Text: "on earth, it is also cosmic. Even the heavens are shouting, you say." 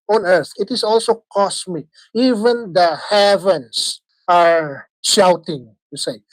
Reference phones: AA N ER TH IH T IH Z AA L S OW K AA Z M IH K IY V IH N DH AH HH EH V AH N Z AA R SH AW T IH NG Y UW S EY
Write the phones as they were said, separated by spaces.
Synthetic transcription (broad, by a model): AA N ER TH IH T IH S AA L S OW K AA S M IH K IY V IH N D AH HH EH V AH N S AA R SH AW T IH NG Y UW S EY